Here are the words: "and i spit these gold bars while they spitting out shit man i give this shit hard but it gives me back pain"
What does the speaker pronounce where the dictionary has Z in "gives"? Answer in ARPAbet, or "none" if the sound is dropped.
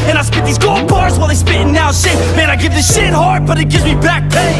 Z